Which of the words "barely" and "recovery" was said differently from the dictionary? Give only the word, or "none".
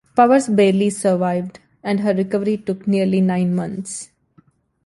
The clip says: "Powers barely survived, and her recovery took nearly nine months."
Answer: none